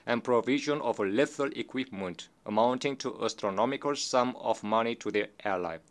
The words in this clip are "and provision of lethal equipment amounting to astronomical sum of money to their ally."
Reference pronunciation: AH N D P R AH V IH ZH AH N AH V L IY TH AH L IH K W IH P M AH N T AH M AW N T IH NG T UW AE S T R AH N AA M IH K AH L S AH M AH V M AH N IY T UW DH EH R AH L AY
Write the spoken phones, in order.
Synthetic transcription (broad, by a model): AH N P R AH V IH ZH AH N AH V L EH F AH L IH K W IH P M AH N T AH M AW N T IH NG T UW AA S T R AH N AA M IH K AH L S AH M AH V M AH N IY T UW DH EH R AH L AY